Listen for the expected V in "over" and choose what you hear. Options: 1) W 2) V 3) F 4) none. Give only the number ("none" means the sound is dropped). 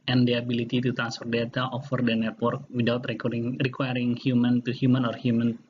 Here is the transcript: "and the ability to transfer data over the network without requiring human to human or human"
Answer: 3